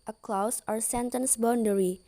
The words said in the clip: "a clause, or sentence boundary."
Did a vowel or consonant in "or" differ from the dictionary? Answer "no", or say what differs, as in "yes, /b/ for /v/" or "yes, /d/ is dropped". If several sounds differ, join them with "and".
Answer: no